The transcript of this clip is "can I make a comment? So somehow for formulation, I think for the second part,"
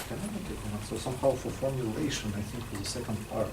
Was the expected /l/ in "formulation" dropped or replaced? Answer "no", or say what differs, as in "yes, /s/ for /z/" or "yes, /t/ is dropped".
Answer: no